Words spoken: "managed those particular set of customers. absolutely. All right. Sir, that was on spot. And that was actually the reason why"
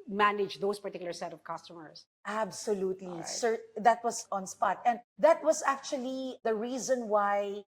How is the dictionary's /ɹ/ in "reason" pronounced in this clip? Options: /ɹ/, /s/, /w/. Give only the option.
/ɹ/